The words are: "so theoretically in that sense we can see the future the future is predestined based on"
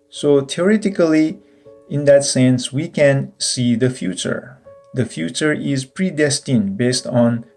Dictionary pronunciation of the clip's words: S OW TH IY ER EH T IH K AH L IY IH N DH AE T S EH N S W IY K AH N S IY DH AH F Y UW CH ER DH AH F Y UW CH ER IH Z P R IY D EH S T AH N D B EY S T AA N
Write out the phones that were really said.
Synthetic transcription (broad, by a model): S OW T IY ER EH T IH K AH L IY IH N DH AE T S EH N S W IY K AH N S IY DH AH F Y UW CH ER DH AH F Y UW CH ER IH Z P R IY D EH S T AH N B EY S T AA N